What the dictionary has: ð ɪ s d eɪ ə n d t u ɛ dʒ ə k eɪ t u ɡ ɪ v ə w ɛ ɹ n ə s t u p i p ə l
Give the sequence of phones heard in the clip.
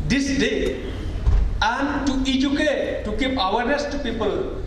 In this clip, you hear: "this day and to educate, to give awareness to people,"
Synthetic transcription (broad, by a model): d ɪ s d eɪ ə n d t u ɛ dʒ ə k eɪ t u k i p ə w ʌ ɹ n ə s t u p i p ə l